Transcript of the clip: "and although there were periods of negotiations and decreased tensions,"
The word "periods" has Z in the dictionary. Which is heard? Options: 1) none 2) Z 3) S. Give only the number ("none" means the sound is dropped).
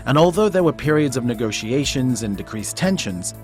2